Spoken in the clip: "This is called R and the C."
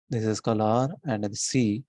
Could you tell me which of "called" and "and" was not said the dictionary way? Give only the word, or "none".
called